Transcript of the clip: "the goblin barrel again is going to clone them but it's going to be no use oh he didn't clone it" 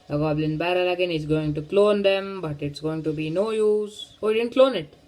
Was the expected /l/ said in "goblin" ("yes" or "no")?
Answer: yes